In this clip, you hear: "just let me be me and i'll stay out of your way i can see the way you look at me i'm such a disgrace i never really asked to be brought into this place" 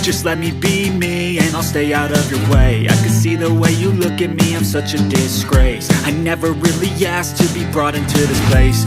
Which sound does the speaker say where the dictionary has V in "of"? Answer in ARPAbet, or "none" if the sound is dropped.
V